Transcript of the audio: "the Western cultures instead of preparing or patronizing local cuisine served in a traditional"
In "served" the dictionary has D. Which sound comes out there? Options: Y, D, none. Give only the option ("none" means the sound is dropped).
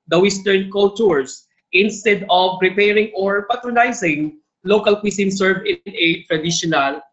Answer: none